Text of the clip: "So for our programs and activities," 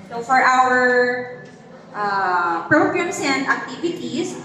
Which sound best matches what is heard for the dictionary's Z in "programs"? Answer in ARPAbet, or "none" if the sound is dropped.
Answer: S